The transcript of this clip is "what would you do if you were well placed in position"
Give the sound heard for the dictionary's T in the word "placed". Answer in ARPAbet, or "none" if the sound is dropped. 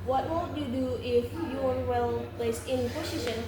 none